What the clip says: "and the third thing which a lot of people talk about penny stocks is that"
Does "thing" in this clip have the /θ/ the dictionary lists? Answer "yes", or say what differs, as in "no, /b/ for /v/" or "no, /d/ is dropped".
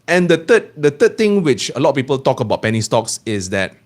no, /t/ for /θ/